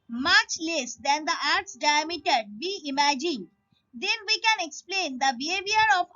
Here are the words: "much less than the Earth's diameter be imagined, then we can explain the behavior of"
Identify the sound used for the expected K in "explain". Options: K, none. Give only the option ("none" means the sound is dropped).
K